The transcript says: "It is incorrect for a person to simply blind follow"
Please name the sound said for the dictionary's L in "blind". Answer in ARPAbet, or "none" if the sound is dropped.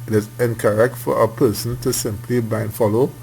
none